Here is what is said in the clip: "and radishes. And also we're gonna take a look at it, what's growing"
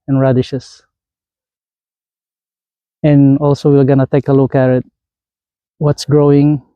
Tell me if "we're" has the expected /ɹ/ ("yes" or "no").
no